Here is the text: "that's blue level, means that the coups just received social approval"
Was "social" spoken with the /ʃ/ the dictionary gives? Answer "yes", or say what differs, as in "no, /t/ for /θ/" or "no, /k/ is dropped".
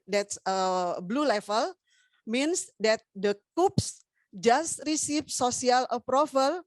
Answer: no, /s/ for /ʃ/